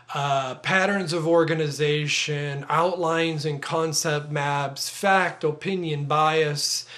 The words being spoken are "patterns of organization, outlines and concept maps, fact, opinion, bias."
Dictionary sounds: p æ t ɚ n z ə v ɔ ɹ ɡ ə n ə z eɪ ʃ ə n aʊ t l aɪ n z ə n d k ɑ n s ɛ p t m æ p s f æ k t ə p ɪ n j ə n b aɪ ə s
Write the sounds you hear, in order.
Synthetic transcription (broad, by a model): p æ t ɚ n z ə v ɔ ɹ ɡ ə n ə z eɪ ʃ ə n aʊ t l aɪ n z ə n k ɑ n s ɛ p t m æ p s f æ k t ə p ɪ n j ə n b aɪ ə s